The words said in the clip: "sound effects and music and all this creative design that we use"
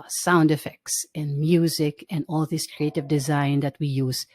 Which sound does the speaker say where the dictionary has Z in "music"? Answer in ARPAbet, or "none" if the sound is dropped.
Z